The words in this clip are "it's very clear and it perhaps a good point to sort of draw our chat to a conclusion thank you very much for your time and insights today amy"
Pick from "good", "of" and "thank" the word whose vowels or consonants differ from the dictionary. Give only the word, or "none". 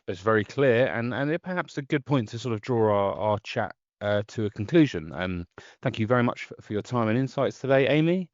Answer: none